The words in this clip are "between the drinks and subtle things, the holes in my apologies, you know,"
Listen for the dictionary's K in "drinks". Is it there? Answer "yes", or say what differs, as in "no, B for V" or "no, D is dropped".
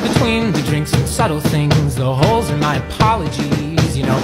yes